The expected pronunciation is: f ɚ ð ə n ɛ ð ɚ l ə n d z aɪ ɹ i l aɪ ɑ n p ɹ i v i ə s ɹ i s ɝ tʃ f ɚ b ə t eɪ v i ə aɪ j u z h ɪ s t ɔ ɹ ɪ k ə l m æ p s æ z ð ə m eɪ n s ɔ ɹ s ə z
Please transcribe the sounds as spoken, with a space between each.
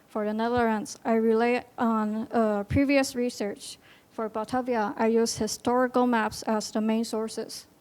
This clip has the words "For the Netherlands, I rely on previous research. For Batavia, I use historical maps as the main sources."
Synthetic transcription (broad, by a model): f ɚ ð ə n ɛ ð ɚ ə n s aɪ ɹ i l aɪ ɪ n p ɹ i v i ə s ɹ i s ɝ tʃ f ɚ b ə t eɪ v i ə aɪ j u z h ɪ s t ɔ ɹ ɪ k ə l m æ p s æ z ð ə m eɪ n s ɔ ɹ s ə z